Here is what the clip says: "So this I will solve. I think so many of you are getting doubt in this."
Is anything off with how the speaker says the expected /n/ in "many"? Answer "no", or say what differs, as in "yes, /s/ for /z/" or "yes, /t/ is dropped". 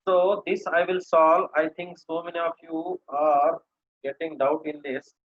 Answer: no